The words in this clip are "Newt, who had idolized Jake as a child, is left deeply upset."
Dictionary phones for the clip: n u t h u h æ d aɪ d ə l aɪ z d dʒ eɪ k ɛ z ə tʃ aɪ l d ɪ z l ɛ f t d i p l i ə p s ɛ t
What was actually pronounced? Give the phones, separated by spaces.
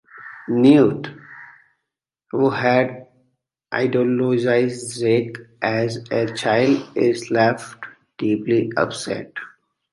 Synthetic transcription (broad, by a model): n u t h u h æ d aɪ d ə l aɪ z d z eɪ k ɛ z ə tʃ aɪ l d ɪ z l ɛ f t d i p l i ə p s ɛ t